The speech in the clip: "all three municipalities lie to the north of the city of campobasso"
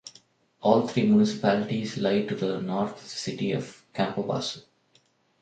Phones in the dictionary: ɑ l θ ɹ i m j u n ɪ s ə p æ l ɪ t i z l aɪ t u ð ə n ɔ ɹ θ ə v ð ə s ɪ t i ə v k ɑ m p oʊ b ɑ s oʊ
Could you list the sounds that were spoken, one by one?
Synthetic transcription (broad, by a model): ɑ l t ɹ i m j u n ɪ s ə p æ l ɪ t i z l aɪ t u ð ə n ɔ ɹ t s ɪ t i ə v k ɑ m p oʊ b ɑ s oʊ